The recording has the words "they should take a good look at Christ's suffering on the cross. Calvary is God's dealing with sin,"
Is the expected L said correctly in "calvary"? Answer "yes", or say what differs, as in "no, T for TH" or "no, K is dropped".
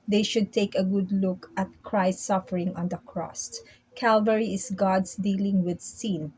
yes